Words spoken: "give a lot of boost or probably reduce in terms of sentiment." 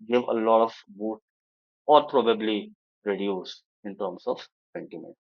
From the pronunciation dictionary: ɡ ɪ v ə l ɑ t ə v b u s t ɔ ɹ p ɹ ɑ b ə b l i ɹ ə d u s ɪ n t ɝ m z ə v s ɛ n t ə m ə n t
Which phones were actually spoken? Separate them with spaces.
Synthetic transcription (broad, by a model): ɡ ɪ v ə l ɑ t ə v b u t ɔ ɹ p ɹ ɑ b ə b l i ɹ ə d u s ɪ n t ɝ m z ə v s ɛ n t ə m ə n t